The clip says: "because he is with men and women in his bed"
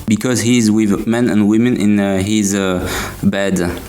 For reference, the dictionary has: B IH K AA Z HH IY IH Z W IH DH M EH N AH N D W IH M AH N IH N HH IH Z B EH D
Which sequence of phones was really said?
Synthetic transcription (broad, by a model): B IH K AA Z HH IY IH Z W IH DH M EH N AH N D W IH M AH N IH N HH IH Z B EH D